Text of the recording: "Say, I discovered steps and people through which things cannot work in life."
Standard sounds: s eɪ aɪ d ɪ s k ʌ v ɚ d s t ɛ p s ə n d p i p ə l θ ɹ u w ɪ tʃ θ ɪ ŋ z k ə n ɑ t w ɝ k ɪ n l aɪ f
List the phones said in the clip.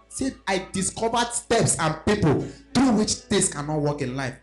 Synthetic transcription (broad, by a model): s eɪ aɪ d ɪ s k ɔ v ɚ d s t ɛ p s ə n p i p ə l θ ɹ u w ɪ tʃ t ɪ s k ə n ɑ t w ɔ k ɪ n l aɪ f